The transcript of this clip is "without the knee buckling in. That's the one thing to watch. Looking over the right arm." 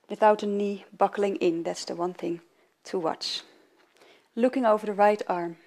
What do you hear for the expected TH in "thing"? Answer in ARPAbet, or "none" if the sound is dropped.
TH